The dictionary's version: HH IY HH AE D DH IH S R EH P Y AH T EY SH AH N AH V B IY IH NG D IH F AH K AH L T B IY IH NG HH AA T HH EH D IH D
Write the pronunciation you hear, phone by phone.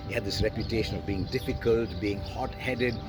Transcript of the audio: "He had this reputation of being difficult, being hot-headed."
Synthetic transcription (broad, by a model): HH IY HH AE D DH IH S R EH P Y AH T EY SH AH N AH V B IY IH NG D IH F AH K AH L T B IY IH NG HH AA T HH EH D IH D